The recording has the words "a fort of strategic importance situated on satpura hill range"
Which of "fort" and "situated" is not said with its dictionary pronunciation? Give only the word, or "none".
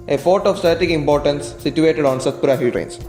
fort